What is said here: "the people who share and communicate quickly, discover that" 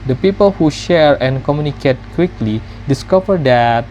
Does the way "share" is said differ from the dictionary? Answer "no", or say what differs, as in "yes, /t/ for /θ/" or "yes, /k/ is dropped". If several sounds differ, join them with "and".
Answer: no